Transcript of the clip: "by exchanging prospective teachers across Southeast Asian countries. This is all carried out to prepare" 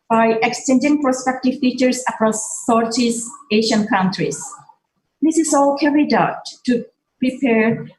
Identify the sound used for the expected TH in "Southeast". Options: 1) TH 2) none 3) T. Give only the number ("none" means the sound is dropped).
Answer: 3